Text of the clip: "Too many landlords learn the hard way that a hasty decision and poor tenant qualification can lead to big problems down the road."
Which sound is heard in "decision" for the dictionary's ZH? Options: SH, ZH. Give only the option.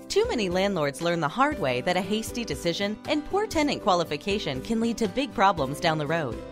ZH